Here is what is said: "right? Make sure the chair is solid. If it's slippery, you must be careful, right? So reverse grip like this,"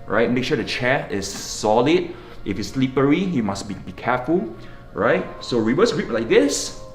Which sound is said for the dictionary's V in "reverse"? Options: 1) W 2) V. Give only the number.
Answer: 1